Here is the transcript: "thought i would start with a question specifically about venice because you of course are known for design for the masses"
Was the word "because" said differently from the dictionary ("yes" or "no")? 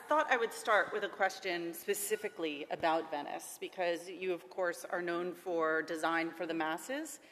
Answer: no